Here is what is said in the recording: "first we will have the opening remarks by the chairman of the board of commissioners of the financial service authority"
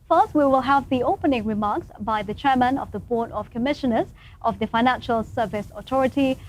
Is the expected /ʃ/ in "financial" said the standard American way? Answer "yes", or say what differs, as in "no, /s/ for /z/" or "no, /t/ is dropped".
yes